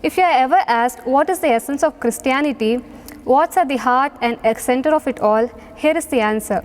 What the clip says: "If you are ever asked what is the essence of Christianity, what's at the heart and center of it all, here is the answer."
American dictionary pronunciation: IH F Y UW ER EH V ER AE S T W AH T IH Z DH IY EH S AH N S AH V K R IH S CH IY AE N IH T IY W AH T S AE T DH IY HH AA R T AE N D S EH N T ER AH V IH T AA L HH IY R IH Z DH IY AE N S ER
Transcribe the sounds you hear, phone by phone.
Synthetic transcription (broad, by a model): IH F Y UW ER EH V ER AE S T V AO T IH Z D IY EH S AH N S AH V K R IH S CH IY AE N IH T IY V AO T S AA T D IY HH AA R T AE N D S EH N T ER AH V IH T AA L HH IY R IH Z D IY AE N S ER